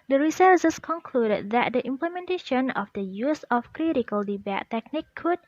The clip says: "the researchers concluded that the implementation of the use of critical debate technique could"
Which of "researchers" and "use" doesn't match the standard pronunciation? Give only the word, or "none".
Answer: researchers